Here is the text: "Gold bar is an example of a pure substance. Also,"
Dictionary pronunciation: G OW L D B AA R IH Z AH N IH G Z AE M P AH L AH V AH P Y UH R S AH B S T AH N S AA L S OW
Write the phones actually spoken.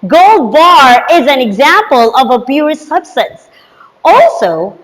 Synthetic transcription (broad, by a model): G OW L D B AA R IH Z AH N IH G Z AE M P AH L AH V AH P Y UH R S AH B S T AH N S AA L S OW